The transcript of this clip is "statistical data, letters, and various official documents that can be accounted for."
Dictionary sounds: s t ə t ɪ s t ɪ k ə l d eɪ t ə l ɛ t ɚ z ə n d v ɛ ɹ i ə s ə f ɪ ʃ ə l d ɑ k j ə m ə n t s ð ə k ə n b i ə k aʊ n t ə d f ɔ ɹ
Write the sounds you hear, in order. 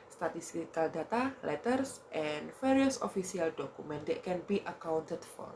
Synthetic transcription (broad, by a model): s t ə t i s t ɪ k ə l d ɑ t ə l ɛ t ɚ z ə n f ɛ ɹ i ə s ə f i s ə l d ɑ k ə m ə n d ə k ə n b i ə k aʊ n t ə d f ɔ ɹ